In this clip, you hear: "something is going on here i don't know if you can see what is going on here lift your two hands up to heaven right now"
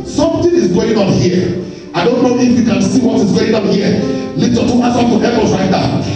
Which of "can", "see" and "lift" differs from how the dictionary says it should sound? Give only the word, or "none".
lift